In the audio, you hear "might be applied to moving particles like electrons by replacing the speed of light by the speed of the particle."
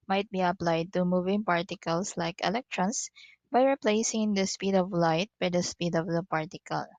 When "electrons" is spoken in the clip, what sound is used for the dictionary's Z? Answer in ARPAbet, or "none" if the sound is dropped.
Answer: S